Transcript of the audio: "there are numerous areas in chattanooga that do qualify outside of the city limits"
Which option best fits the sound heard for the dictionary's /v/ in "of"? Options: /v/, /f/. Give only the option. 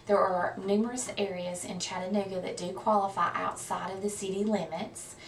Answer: /v/